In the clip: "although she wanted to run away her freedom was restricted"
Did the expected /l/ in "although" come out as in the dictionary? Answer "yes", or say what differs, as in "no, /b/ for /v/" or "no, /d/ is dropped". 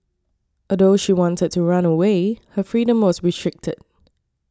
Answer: no, /l/ is dropped